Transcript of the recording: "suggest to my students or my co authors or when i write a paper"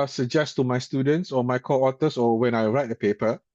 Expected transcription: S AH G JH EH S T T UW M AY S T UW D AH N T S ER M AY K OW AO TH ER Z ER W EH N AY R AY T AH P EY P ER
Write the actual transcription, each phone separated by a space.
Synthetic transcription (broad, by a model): S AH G JH EH S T T UW M AY S T UW D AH N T S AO M AY K OW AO T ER S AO W EH N AY R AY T AH P EY P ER